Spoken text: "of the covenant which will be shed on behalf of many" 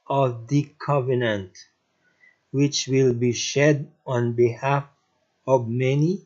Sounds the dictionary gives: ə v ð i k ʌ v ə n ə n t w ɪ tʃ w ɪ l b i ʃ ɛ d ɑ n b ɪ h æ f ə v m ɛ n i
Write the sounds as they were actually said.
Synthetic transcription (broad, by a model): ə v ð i k ʌ v ə n ə n t w ɪ tʃ w ɪ l b i ʃ ɛ d ɑ n b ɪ h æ f ə v m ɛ n i